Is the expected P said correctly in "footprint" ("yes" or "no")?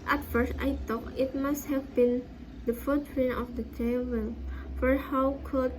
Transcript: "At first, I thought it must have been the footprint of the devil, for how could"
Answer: no